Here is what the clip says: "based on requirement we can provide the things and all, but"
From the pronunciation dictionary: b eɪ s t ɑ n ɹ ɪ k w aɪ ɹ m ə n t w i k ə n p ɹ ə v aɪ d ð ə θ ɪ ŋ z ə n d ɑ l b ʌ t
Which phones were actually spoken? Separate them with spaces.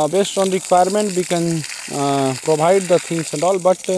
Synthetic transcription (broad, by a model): b eɪ s t ɑ n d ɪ k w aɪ ɹ m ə n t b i k ə n p ɹ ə b aɪ d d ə t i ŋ s ə n d ɑ l b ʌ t